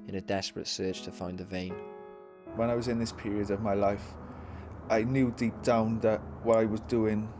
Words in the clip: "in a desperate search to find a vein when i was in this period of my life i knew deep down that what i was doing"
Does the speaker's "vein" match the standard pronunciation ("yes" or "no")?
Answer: yes